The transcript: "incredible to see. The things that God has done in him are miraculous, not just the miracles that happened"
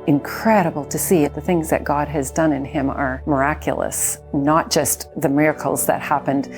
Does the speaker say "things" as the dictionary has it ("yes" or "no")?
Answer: yes